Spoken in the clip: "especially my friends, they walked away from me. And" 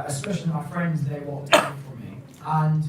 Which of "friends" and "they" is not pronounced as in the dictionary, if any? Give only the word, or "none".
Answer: none